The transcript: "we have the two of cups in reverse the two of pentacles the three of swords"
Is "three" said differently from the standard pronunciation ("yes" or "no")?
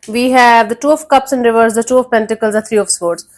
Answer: yes